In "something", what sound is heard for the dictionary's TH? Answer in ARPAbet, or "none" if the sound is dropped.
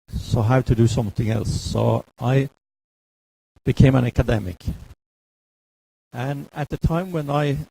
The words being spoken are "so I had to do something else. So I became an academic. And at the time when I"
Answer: TH